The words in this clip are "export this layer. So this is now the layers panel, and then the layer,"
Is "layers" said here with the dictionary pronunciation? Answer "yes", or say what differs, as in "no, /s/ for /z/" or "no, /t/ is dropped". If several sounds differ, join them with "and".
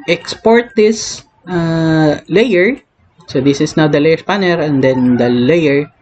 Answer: no, /s/ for /z/